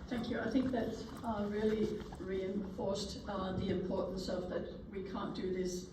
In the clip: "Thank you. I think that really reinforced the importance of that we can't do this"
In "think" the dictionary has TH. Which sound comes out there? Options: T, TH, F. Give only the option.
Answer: TH